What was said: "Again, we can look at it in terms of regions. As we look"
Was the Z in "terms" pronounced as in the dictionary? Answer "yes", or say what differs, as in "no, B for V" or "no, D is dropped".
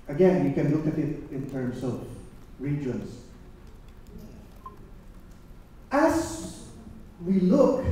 no, S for Z